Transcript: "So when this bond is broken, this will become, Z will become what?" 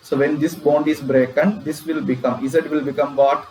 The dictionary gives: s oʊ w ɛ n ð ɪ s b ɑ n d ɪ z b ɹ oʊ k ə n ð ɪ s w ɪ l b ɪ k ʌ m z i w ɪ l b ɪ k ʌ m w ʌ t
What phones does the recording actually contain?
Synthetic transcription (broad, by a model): s oʊ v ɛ n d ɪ s b ɑ n d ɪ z b ɹ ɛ k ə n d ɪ s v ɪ l b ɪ k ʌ m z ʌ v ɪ l b ɪ k ʌ m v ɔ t